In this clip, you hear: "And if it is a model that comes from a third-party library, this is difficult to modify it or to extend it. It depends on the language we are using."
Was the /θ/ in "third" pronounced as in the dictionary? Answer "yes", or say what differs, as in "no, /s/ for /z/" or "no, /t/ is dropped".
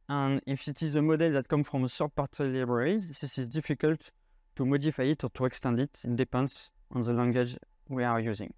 no, /s/ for /θ/